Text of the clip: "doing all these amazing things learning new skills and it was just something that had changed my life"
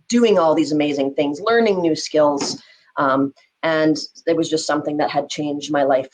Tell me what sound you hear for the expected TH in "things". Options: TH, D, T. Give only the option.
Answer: TH